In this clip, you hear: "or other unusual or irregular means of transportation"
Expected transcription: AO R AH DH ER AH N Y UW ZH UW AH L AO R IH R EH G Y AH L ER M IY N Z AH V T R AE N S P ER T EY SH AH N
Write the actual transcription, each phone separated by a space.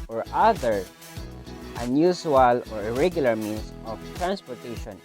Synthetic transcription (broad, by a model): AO R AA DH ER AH N Y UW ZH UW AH L AO R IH R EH G Y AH L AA M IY N S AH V T R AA N S P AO T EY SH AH N